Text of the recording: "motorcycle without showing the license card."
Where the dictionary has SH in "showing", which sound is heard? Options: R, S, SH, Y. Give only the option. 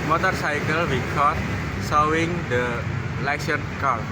S